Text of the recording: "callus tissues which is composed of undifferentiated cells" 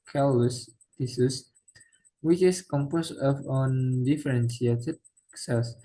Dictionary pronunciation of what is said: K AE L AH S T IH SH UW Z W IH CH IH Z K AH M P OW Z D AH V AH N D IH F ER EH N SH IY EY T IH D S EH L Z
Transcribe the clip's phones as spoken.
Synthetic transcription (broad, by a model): K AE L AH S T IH S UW S W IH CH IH S K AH M P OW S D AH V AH N D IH F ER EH N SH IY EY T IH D S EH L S